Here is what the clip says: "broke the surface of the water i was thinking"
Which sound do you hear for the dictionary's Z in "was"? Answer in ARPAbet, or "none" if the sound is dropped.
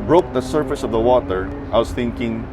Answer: S